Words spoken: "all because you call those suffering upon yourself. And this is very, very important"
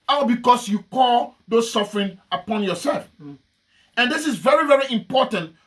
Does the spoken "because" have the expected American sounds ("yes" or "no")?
no